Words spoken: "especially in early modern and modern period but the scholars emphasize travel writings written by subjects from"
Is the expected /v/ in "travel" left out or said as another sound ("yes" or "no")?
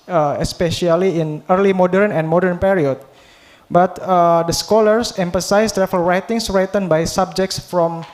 yes